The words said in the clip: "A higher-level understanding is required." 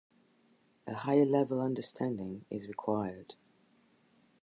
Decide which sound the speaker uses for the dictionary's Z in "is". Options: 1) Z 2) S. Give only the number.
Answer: 1